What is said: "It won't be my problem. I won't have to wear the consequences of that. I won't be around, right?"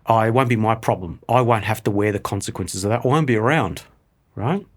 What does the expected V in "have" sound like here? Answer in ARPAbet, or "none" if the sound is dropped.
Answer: F